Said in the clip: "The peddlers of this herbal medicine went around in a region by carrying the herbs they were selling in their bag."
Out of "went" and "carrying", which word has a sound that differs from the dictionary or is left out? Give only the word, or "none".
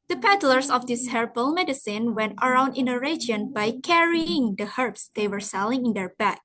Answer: none